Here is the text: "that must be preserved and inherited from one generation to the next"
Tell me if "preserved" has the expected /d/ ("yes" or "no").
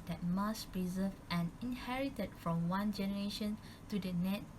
no